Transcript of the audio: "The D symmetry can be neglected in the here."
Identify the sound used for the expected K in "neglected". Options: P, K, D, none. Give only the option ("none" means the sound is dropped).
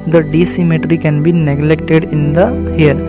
K